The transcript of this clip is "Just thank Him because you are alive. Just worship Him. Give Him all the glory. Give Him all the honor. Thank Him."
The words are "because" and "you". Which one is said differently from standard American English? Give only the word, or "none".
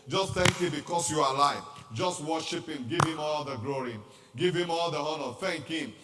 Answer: because